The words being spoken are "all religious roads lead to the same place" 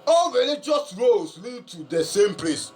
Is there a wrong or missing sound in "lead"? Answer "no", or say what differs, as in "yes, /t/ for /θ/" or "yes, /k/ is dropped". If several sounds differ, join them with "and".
no